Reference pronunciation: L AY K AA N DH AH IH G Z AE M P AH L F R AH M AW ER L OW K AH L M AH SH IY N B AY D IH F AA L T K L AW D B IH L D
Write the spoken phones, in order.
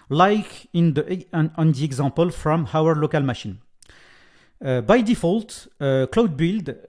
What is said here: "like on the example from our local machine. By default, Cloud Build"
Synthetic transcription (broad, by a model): L AY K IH N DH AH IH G Z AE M P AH L F R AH M AW ER L OW K AH L M AH SH IY N B AY D IH F AA L T K L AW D B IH L D